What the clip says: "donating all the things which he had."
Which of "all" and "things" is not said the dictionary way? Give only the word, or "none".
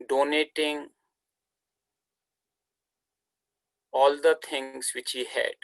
things